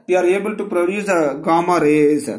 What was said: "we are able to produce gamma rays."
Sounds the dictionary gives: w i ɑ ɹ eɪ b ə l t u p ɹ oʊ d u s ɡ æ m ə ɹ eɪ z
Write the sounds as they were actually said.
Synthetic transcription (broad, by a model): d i ɑ ɹ eɪ b ə l t u p ɹ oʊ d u s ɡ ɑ m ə ɹ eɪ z